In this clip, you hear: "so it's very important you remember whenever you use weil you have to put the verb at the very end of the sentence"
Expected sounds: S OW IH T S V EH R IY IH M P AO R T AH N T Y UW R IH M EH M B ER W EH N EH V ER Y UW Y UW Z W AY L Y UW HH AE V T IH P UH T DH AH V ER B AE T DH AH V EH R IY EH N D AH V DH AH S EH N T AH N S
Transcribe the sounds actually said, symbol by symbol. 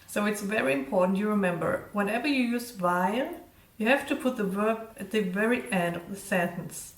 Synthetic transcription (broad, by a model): S OW IH T S V EH R IY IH M P AO R T N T Y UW R IH M EH M B ER W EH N EH V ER Y UW Y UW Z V AY N Y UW HH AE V T IH P UH T DH AH V ER B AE T DH AH V EH R IY EH N D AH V DH AH S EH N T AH N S